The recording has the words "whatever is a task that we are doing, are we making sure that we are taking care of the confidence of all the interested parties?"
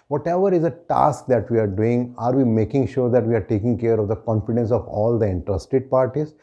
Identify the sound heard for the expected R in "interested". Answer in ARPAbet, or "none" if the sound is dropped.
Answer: R